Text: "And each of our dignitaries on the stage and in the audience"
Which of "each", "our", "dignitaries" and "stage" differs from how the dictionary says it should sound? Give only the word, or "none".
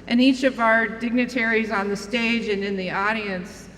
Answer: none